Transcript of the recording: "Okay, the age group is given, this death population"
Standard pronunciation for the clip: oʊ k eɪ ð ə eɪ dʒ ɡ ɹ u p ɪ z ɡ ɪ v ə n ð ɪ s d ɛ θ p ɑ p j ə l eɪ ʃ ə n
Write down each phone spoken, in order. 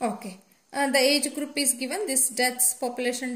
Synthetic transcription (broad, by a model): oʊ k eɪ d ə eɪ dʒ ɡ ɹ u p ɪ z ɡ ɪ v ə n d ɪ s d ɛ s p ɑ p j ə l eɪ ʃ ə n